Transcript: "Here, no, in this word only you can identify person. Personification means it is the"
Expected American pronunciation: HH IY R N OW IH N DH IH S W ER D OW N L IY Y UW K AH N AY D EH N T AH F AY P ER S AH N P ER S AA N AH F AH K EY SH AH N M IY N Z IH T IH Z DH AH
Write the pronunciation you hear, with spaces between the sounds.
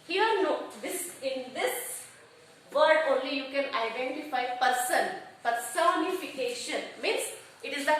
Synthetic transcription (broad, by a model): HH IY R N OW IH N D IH S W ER D OW N L IY Y UW K AH N AY D EH N T AH F AY P ER S AH N F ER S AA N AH F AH K EY SH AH N M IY N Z IH T IH Z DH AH